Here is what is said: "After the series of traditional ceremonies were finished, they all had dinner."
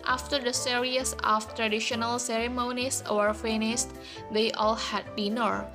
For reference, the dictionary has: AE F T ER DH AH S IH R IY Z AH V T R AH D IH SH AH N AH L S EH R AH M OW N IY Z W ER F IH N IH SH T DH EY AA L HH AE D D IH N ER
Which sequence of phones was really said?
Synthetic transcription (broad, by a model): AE F T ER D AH S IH R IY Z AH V T R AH D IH SH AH N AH L S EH R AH M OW N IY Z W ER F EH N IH S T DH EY AA L HH AE D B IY N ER